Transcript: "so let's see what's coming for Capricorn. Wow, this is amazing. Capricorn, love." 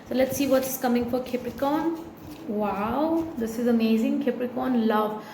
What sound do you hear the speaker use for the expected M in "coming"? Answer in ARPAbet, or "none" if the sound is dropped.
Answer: M